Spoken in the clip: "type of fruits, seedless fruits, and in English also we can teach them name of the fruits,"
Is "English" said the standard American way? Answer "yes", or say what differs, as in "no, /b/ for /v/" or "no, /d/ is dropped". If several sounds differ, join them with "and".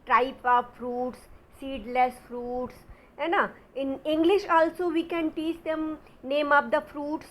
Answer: yes